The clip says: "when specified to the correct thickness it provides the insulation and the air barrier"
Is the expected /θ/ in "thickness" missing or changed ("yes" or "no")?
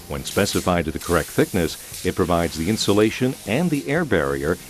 no